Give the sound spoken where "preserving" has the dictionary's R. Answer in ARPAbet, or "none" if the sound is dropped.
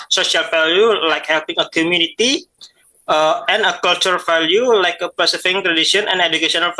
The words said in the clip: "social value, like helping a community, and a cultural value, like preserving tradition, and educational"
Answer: none